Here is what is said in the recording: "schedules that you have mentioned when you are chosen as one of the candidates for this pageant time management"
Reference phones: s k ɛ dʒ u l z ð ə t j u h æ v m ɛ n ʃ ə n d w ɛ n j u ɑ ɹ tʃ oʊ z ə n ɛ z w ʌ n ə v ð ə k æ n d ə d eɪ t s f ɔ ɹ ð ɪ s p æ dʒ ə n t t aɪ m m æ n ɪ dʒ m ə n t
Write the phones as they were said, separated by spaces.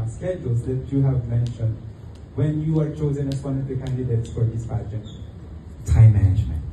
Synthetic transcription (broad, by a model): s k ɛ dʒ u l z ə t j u h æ v m ɛ n ʃ ə n d w ɛ n j u ɑ ɹ tʃ oʊ z ə n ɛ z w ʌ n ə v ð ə k æ n d ə d eɪ t s f ɔ ɹ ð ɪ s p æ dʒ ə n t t aɪ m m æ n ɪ dʒ m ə n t